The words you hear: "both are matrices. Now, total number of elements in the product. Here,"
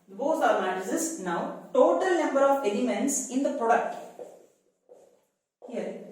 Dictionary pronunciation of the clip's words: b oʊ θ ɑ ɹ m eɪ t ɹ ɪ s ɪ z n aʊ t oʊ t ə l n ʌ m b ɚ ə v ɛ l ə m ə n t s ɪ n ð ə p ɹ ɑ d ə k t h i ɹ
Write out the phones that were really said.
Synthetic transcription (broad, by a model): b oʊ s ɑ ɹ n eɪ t ɪ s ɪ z n aʊ t oʊ t ə l n ʌ m b ɚ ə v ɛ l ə m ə n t s ɪ n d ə p ɹ ɑ d ə k t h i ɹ